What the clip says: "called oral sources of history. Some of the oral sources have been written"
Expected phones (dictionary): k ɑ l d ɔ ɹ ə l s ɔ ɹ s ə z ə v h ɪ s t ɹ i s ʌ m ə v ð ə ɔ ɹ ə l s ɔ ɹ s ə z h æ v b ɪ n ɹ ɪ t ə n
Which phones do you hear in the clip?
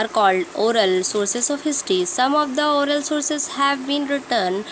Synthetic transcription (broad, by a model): k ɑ l d ɔ ɹ ə l s ɔ ɹ s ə s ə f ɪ s t i s ʌ m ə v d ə ɔ ɹ ə l s ɔ ɹ s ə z h æ v b ɪ n ɹ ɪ t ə n